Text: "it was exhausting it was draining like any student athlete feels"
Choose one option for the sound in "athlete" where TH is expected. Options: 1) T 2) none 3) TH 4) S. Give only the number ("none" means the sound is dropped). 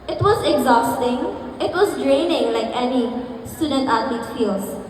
1